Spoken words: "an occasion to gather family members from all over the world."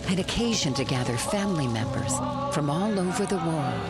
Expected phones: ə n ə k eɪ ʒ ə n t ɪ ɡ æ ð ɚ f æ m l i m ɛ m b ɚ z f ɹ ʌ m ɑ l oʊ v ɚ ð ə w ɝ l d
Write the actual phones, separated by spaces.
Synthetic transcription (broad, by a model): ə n ə k eɪ ʒ ə n t ɪ ɡ æ ð ɚ f æ m l i m ɛ m b ɚ z f ɹ ʌ m ɑ l oʊ v ɚ ð ə w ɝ l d